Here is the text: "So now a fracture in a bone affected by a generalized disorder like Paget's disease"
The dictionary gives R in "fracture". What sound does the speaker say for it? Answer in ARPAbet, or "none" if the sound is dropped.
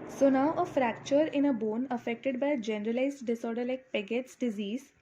R